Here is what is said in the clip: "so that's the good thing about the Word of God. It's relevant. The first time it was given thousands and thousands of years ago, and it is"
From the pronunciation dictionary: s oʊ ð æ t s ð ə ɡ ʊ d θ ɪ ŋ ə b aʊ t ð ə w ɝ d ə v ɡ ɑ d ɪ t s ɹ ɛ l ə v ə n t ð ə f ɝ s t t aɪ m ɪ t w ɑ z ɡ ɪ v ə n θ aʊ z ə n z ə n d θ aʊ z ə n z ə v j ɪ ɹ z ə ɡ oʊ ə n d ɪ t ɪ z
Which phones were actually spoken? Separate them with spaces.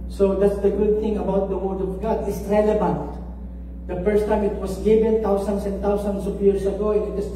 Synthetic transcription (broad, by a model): s oʊ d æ t s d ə ɡ ʊ d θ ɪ ŋ ə b aʊ t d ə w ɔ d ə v ɡ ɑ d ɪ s ɹ ɛ l ə v ə n t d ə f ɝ s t t aɪ m ɪ t w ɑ s ɡ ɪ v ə n t aʊ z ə n s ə n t aʊ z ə n s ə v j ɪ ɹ s ə ɡ oʊ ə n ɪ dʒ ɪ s